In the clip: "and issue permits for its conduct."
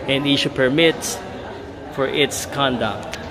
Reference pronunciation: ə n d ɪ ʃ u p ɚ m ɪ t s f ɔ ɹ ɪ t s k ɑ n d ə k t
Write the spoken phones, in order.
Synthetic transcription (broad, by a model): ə n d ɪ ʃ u p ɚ m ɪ t f ɔ ɹ ɪ t s k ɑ n d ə k t